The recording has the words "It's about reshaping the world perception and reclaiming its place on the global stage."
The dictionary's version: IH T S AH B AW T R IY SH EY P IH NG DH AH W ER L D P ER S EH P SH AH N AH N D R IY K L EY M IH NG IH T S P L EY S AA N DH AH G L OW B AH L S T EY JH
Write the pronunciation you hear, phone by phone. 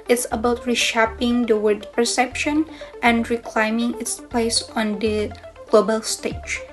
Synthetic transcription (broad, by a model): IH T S AH B AW T R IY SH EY P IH NG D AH W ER D P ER S EH P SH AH N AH N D R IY K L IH M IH NG IH T S P L EY S AA N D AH G L OW B AH L S T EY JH